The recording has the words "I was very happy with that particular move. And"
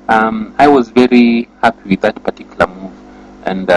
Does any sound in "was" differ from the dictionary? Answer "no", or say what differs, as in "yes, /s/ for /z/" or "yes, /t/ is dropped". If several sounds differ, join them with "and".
no